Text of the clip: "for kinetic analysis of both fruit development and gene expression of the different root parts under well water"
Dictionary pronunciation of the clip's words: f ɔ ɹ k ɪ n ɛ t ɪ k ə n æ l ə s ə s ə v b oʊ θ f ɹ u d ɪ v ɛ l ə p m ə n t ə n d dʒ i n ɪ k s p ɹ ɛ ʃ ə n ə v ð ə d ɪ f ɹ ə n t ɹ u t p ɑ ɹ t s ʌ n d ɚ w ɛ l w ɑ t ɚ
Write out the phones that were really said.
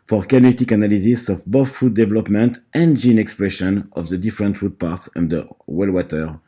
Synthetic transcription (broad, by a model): f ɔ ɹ k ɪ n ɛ t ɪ k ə n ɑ l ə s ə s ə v b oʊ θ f u d ɪ v ɛ l ə p m ə n t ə n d dʒ i n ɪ k s p ɹ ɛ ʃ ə n ə v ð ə d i f ɹ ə n t ɹ u t p ɑ ɹ t s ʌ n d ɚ w ɛ l w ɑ t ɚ